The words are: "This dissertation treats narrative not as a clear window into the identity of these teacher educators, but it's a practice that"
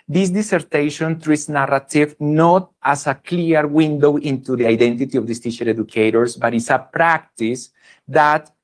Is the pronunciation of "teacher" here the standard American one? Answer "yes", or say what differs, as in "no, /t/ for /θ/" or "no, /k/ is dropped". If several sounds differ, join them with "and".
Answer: no, /ʃ/ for /tʃ/